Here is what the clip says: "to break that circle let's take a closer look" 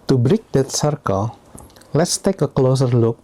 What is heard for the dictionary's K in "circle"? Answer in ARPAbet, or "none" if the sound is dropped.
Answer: K